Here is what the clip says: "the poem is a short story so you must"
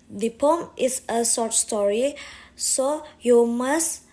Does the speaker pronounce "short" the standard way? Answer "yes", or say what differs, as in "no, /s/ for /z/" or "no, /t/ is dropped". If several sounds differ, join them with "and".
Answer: no, /s/ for /ʃ/